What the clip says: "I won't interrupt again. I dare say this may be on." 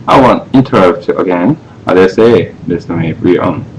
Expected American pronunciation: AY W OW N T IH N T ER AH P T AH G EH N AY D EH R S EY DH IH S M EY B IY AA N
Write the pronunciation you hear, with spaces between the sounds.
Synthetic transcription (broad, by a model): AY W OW N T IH N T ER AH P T AH G EH N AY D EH S EY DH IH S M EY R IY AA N